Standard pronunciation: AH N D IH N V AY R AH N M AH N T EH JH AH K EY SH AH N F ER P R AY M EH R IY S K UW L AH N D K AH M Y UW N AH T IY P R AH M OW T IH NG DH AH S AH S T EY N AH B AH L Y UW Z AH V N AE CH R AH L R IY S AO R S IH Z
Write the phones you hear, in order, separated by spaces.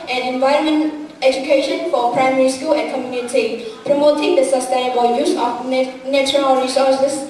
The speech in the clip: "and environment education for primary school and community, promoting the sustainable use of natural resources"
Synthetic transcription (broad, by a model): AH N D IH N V AY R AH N M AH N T EH JH AH K EY SH AH N F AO P R AY M EH R IY S K UW L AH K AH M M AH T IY P R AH M OW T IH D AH S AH S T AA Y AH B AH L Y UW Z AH F N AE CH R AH L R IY S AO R S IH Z